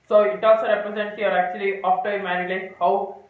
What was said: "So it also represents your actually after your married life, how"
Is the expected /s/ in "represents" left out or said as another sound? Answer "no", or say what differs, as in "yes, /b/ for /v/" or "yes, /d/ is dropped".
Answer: yes, /s/ is dropped